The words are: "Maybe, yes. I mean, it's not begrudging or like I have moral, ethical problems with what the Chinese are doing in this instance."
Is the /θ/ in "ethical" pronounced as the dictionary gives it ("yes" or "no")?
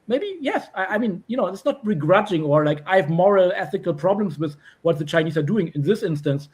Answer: yes